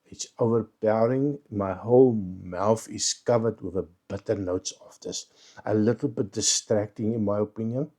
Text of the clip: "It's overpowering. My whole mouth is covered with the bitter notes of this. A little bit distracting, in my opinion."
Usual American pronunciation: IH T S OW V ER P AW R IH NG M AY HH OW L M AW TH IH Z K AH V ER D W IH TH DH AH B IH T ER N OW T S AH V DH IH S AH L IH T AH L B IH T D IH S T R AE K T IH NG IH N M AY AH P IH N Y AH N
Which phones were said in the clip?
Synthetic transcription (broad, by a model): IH T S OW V ER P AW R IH NG M AY HH OW L M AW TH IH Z K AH V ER D W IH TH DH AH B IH T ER N OW T S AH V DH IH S AH L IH T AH L B IH T D IH S T R AE K T IH NG IH N M AY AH P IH N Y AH N